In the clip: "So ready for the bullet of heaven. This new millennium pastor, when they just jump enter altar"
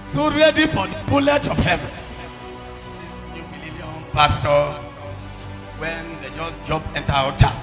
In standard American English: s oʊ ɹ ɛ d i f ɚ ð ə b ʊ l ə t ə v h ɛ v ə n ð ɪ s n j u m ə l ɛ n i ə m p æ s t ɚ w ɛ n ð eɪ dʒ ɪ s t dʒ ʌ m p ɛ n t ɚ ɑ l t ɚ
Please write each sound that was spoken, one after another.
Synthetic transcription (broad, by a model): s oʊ ɹ ɛ d i f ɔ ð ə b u l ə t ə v h ɛ v ə n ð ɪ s n j u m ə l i l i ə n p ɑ s t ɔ w ɛ n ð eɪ dʒ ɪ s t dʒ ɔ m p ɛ n t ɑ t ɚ